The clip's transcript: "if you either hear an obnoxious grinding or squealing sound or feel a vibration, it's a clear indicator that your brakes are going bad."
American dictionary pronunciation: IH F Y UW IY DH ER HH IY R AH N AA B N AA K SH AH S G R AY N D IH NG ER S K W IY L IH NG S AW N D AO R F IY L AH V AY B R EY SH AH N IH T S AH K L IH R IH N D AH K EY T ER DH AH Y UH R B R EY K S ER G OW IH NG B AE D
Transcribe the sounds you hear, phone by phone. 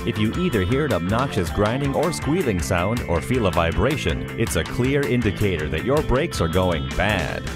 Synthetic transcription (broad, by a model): IH F Y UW IY DH ER HH IY R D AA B N AA SH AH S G R AY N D IH NG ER S K W IY L IH NG S AW N D AO R F IY L AH V AY B R EY SH AH N IH T S AH K L IH R IH N D AH K EY T ER DH AH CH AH R B R EY K S ER G OW IH NG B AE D